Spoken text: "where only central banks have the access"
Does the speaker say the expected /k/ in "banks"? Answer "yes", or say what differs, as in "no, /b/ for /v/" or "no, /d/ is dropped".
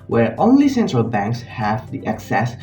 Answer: yes